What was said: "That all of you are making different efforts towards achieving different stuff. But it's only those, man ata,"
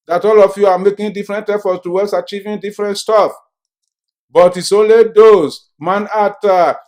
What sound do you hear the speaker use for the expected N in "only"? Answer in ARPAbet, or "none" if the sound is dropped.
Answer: none